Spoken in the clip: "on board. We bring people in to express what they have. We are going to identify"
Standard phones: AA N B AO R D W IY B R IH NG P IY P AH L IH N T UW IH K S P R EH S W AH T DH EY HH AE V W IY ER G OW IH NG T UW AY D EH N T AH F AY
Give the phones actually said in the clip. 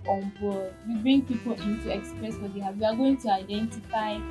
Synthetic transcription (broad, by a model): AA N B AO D W IY B R IH NG P IY P AH L IH N T UW IH K S P R EH S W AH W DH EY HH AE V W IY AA G OW IH NG T UW AY D EH N T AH F AY